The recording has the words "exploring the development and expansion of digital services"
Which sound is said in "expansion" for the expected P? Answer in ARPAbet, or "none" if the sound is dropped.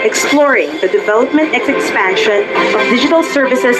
F